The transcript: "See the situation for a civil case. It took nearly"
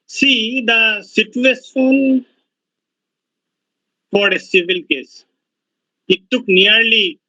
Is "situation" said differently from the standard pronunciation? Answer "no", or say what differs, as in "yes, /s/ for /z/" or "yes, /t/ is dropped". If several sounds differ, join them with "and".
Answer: yes, /s/ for /ʃ/